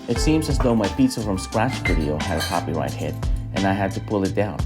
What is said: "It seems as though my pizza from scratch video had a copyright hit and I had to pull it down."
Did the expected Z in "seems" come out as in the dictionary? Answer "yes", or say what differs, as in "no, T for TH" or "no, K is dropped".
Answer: yes